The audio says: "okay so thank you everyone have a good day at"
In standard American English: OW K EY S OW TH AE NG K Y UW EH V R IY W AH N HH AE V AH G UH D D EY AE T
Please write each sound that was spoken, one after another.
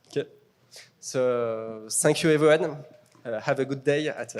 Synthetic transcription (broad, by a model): OW K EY S OW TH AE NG K Y UW EH V R IY W AH N HH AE V AH G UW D D EY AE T